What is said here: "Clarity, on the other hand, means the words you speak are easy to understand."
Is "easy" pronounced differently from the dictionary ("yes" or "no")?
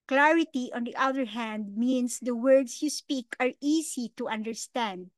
yes